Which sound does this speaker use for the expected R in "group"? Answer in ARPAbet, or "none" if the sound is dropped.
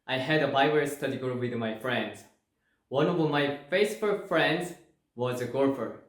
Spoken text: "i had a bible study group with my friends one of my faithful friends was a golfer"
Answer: none